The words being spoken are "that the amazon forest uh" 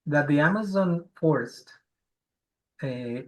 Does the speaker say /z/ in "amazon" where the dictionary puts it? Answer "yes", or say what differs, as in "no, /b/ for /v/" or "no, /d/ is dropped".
yes